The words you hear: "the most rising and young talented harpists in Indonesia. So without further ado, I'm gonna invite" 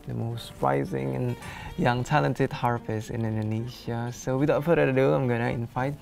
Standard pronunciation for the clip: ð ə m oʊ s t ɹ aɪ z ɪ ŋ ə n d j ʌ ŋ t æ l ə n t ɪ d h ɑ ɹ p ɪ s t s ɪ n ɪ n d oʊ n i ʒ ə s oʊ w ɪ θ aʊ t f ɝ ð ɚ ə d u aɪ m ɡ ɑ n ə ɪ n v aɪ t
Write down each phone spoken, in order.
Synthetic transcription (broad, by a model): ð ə m oʊ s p ɹ aɪ z ɪ ŋ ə n j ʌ ŋ t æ l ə n t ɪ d h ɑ ɹ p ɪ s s ɪ n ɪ n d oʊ n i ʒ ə s oʊ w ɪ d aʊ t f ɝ ɚ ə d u aɪ m ɡ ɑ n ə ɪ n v aɪ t